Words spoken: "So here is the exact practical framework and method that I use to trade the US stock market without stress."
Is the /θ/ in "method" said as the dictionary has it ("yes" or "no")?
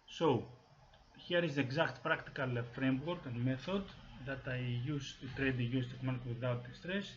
yes